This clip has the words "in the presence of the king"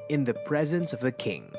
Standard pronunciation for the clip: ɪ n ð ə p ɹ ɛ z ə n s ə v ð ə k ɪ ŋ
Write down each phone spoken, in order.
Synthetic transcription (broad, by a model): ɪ n ð ə p ɹ ɛ z ə n s ə v ð ə k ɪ ŋ